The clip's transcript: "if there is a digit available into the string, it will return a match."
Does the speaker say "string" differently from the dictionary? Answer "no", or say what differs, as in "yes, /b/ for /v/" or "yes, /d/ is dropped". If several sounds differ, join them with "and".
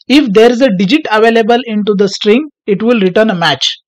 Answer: no